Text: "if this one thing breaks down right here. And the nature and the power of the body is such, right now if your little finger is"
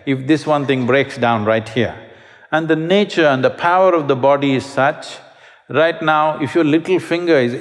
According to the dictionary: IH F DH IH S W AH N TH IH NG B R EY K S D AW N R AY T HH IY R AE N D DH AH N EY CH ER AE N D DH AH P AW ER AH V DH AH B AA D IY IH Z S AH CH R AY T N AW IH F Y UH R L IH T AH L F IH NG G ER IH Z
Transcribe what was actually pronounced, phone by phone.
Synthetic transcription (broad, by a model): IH F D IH S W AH N T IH NG B R EY K S D AW N R AY T HH IY R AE N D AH N EY CH ER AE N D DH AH P AW ER AH V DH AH B AA D IY IH Z S AH CH R AY T N AW IH F Y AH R L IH T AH L F IH NG G ER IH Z